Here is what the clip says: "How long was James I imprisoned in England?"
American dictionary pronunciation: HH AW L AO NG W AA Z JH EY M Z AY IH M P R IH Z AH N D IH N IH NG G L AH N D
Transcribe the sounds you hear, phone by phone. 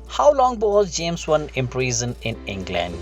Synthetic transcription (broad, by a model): HH AW L AO NG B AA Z JH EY M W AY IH M P R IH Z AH N IH N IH NG G L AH N D